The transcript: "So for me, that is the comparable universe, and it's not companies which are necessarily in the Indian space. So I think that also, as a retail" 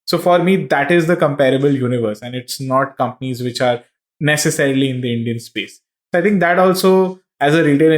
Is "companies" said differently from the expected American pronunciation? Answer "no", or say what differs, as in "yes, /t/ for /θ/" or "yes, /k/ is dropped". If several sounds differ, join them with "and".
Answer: no